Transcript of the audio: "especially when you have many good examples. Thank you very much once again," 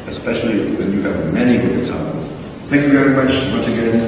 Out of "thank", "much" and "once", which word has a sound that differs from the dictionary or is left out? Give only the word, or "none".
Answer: none